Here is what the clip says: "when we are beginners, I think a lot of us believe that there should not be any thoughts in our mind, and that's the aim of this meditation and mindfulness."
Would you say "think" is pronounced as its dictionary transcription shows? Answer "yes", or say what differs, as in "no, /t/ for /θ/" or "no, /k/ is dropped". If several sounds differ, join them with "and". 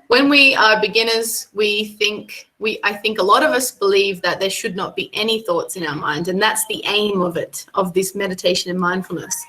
yes